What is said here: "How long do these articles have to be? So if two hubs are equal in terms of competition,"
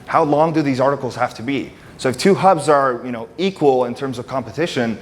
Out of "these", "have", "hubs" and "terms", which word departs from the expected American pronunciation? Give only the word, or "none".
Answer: have